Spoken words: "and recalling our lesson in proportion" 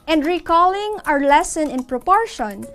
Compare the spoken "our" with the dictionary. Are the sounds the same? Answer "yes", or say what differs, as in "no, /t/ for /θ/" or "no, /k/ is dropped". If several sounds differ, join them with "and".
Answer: yes